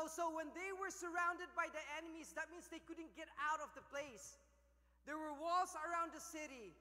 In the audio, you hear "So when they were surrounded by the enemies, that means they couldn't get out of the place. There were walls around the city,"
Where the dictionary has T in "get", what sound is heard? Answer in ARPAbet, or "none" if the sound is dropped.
T